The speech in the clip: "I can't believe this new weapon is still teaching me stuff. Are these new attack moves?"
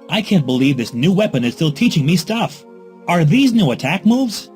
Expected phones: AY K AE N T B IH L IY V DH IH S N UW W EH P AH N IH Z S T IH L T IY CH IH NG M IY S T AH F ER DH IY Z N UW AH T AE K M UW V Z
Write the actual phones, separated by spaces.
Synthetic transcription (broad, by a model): AY K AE N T B IH L IY V DH IH S N UW W EH P AH N IH Z S T IH L T IY CH IH NG M IY S T AH F ER DH IY Z N UW AH T AE K M UW V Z